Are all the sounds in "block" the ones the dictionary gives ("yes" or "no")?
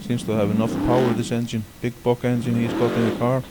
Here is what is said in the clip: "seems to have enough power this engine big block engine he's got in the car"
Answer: no